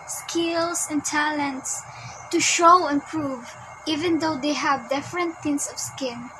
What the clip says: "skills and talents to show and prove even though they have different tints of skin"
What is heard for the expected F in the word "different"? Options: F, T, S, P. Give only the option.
F